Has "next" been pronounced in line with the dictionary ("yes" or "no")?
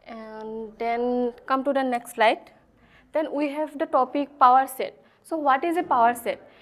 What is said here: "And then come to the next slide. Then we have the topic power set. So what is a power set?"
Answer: yes